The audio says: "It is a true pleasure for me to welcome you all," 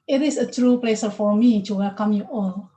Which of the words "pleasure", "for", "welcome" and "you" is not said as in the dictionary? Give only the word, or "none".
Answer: pleasure